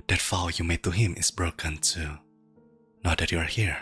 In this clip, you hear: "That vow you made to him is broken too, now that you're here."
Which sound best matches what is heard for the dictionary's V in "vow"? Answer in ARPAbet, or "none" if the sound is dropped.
F